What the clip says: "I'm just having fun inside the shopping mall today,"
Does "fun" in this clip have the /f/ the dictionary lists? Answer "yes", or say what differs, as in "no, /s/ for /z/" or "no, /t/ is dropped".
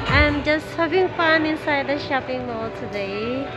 no, /p/ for /f/